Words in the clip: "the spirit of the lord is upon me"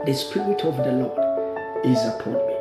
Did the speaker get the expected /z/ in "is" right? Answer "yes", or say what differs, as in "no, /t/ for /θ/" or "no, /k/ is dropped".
yes